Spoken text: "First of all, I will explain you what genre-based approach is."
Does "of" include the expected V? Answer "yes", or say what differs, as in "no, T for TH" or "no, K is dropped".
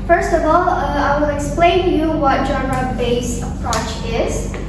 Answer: yes